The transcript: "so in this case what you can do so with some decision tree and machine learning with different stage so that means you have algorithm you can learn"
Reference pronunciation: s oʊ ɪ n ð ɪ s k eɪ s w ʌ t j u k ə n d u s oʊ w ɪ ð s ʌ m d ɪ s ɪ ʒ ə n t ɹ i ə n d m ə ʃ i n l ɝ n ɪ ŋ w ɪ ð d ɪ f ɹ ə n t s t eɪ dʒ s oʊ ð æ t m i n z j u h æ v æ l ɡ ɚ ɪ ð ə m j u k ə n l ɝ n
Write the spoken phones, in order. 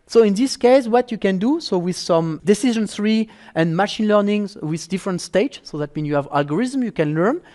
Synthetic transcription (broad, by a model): s oʊ ɪ n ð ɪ s k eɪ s w ʌ t j u k ə n d u s oʊ w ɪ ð s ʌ m d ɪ s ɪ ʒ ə n s ɹ i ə n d m ə ʃ i n l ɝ n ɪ ŋ w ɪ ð d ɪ f ɹ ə n t s t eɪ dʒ s oʊ ð æ t m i n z j u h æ v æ l ɡ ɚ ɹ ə m j u k ə n l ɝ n